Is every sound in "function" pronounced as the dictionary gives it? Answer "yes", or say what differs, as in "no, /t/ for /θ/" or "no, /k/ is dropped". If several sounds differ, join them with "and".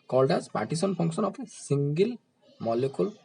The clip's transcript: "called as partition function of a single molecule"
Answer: no, /p/ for /f/ and /s/ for /ʃ/